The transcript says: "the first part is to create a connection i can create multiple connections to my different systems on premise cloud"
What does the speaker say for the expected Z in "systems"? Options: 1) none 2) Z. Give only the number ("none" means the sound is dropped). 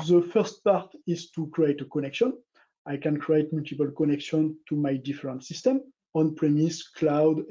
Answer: 1